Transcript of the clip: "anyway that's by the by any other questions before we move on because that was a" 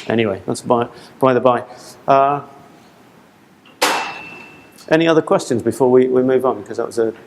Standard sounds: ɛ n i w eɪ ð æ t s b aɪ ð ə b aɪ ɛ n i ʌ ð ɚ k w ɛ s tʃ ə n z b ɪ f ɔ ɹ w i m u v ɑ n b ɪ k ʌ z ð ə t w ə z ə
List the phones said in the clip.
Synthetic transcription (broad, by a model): ɛ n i w eɪ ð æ t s b aɪ ð ə b aɪ ɛ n i ʌ ð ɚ k w ɛ s tʃ ə n z b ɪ f ɔ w w i m u v n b k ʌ z ð ə t w ə z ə